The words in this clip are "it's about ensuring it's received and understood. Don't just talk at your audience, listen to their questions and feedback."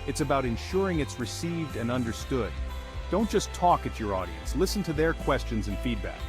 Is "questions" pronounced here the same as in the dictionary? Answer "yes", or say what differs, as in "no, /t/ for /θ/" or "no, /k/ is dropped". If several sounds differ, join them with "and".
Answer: yes